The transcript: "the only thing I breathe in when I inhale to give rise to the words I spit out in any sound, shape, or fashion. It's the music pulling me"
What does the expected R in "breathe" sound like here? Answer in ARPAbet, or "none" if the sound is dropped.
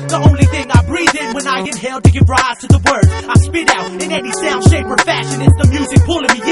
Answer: R